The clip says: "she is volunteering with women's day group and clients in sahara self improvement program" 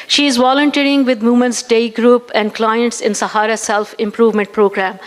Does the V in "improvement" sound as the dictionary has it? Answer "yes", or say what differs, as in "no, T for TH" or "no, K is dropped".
yes